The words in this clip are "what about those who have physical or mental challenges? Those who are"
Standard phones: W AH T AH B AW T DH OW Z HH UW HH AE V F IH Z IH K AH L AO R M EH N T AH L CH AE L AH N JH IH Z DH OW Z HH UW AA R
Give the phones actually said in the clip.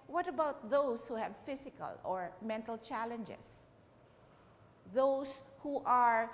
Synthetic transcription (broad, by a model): W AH T AH B AW T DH OW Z HH UW HH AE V F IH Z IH K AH L AO R M EH N T AH L CH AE L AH N JH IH S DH OW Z HH UW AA R